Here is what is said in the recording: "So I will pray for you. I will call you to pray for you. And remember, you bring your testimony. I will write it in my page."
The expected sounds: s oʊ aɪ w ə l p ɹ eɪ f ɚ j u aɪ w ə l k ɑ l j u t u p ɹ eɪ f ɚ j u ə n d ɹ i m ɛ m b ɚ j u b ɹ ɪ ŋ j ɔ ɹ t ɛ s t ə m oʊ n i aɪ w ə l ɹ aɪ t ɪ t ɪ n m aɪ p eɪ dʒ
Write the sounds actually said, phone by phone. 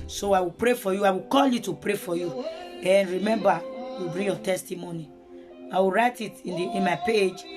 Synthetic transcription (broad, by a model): s oʊ aɪ w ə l p ɹ eɪ f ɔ j u aɪ w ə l k ɑ l j u t u p ɹ eɪ f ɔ j u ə n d ɹ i m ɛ m b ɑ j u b ɹ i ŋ j ɔ t ɛ s t ə m oʊ n i aɪ w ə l ɹ aɪ t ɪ t ɪ n m aɪ p eɪ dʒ